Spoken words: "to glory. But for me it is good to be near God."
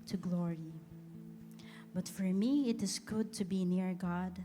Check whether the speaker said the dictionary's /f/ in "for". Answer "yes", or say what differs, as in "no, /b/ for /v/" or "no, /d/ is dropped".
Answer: yes